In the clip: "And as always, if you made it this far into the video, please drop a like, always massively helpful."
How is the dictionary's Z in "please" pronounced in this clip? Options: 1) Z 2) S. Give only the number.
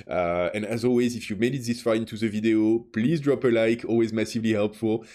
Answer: 1